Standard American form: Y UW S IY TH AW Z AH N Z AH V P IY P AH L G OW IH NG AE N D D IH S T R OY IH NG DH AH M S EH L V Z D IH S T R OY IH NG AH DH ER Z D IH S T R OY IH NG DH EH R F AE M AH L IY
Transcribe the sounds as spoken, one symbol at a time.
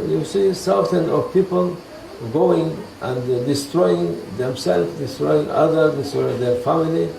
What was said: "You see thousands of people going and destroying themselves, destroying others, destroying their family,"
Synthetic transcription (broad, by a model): Y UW S IY S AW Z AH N AH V P IY P AH L G OW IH NG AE N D D IH S T R OY IH NG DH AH M S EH L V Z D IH S T R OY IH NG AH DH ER D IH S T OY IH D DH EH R F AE M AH L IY